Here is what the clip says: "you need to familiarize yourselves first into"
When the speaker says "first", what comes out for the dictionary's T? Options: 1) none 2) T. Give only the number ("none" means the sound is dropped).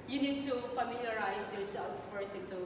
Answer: 1